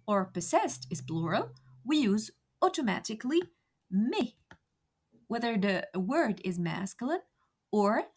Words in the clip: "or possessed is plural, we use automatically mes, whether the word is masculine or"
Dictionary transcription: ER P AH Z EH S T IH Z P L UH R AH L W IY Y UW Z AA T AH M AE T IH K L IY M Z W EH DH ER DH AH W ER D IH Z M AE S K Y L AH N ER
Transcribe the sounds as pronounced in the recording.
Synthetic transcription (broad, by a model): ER P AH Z EH S T IH Z B L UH R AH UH W IY Y UW Z AA T AH M AE T IH K L IY M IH W EH DH ER DH AH W ER D IH Z M AE S K Y L AH N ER